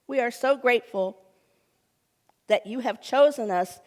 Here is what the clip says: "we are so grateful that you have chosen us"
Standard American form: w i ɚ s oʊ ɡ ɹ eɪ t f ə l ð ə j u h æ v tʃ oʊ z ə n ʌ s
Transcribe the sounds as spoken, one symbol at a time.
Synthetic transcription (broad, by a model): w i ɚ s oʊ ɡ ɹ eɪ t f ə l ð ə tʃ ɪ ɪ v tʃ oʊ z ə n ʌ s